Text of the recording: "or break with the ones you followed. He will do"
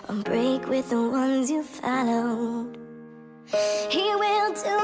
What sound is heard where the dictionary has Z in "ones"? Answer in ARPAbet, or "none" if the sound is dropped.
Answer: Z